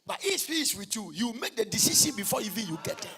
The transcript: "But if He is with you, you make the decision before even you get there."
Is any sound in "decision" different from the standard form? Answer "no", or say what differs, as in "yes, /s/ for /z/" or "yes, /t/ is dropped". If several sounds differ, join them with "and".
yes, /ʃ/ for /ʒ/